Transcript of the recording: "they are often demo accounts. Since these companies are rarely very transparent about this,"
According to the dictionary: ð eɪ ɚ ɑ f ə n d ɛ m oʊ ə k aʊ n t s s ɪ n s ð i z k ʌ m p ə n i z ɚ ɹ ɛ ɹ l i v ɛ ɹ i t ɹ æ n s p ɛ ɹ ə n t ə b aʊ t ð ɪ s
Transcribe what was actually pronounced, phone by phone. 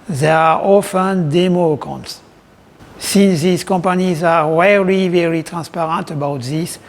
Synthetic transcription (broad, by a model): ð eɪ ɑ ɑ f ə n d ɛ m oʊ k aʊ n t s s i n s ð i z k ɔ m p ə n i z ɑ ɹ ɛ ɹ i v ɛ ɹ i t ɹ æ n s p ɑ ɹ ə n t ə b aʊ t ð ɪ s